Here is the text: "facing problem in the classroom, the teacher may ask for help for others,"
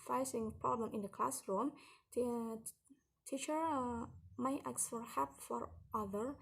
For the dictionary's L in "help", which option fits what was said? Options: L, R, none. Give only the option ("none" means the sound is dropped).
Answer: none